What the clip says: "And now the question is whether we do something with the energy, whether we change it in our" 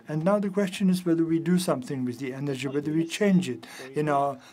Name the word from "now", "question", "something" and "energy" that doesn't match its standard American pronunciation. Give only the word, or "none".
none